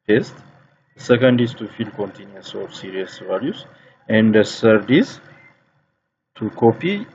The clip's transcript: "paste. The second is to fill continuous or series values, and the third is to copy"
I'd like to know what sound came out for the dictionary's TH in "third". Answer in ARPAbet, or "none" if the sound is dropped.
S